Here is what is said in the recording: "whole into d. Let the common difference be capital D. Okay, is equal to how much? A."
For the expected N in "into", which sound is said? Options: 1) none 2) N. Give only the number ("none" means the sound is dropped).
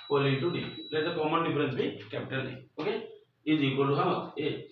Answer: 1